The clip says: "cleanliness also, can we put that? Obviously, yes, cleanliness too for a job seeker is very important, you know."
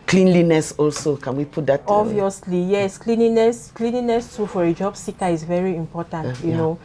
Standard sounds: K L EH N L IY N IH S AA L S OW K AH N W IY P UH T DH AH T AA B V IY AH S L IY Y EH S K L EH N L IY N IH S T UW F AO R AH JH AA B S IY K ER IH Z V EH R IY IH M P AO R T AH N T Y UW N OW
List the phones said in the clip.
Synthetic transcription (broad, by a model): K L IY N L IY N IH S AA L S OW K AH N W IY P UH T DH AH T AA V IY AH S L IY Y EH S K L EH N L IY N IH S T UW F AO R AH JH AA B S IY K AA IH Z V EH R IY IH M P AO T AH N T Y UW N OW